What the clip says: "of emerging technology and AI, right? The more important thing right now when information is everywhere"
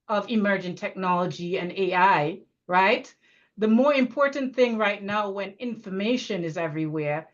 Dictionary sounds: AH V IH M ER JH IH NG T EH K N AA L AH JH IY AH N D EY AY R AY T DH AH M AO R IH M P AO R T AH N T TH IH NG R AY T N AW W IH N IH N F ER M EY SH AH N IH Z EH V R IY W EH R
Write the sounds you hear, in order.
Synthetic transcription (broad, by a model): AH V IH M ER JH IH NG T EH K N AA L AH JH IY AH N EY AY R AY T DH AH M AO R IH M P AO R T N TH IH NG R AY T N AW W IH N IH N F ER M EY SH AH N IH Z EH V R IY W EH R